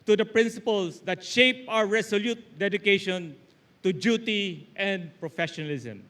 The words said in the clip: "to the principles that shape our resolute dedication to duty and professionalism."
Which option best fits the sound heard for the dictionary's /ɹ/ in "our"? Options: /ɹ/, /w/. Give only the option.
/w/